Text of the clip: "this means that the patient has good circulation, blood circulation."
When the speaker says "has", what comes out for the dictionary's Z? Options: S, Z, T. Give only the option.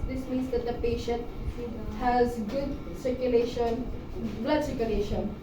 Z